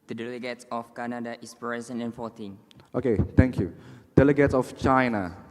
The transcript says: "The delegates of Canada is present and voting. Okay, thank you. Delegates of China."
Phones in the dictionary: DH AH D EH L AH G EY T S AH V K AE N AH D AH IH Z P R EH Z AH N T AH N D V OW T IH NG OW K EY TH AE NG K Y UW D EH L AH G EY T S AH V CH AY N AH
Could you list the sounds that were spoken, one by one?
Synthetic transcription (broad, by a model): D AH D EH L AH G EY T S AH F K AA N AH D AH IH S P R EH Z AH N AH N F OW T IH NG OW K EY T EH NG K Y UW D EH L AH G EY T S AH F CH AY N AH